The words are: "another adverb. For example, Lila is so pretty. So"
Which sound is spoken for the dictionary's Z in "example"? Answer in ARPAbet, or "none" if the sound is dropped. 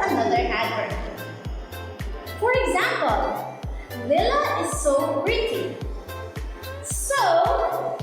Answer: Z